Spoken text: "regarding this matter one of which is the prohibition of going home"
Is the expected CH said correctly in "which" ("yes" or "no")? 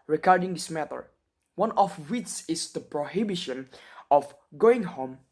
no